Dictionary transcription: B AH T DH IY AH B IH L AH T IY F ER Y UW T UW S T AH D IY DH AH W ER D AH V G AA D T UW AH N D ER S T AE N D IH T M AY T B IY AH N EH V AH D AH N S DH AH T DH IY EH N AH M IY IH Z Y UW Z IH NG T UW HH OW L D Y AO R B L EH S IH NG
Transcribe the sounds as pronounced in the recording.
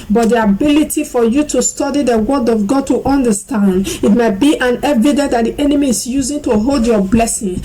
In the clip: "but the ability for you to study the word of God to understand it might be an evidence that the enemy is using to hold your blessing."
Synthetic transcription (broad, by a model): B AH T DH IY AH B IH L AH T IY F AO Y UW T UW S T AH D IY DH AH W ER D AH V G AA D T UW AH N D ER S T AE N D IH T M AY T B IY AH N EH V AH D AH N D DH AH T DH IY EH N AH M IY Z Y UW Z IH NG T UW HH OW L D Y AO B L EH S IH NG